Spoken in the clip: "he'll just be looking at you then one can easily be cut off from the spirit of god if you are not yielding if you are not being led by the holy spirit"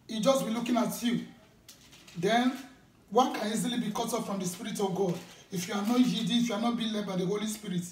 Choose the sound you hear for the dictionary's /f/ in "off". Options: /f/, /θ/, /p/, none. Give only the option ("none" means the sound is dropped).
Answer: /p/